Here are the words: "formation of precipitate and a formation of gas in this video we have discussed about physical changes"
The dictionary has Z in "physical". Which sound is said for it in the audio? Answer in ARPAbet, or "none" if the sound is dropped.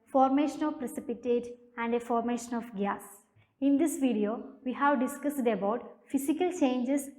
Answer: S